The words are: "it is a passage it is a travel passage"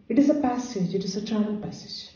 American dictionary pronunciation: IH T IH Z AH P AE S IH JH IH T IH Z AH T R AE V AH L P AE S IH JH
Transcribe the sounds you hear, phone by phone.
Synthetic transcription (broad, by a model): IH T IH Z AH P AE S IH JH IH T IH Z AH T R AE AH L P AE S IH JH